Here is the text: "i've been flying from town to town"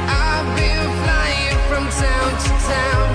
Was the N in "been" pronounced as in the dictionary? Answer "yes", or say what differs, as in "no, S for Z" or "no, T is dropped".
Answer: no, L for N